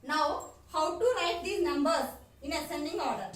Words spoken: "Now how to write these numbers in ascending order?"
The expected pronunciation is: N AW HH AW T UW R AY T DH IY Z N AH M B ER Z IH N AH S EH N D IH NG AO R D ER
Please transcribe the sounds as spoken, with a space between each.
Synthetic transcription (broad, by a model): N AW HH AW T UW L AY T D IY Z N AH M B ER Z IH N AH S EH N D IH NG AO R D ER